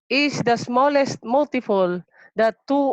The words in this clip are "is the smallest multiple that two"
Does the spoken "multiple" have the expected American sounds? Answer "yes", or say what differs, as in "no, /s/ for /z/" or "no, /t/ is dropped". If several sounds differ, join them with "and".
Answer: no, /f/ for /p/